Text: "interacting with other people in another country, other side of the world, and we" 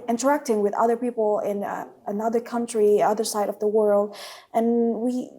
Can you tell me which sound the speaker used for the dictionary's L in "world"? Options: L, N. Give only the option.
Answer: L